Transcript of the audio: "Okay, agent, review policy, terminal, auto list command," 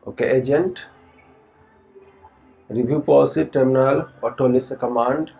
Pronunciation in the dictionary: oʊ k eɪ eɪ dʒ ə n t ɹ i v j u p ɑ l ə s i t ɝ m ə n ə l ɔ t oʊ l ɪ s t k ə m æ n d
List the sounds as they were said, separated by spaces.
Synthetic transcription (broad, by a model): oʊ k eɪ eɪ dʒ ə n t ɹ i b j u p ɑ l s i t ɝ m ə n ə l ɔ t oʊ l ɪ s k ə m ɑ n d